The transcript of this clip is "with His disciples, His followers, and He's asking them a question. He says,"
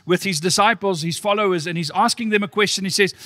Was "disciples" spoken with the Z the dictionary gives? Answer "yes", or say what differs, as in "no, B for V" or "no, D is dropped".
yes